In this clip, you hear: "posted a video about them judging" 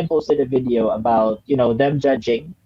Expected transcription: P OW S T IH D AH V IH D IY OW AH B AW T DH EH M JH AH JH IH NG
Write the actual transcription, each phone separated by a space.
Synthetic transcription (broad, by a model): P OW S T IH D AH V IH D IY OW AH B AW T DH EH M JH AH JH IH NG